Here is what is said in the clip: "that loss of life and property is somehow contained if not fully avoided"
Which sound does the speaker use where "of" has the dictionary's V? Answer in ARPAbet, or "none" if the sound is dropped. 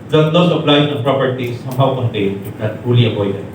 P